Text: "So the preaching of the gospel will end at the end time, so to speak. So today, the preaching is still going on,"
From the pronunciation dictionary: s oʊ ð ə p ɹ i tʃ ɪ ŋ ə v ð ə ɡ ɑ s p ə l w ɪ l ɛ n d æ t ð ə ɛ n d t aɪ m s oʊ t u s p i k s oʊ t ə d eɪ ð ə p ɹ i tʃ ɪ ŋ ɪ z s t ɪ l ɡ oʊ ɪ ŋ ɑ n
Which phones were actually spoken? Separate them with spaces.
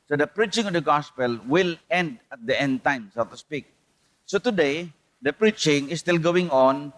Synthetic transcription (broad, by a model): s oʊ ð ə p ɹ i tʃ ɪ ŋ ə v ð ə ɡ ɑ s p ə l w ɪ l ɛ n d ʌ t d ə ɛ n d t aɪ m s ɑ t u s p i k s oʊ t ə d eɪ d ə p ɹ i tʃ ɪ ŋ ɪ s t ɪ l ɡ oʊ ɪ ŋ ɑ n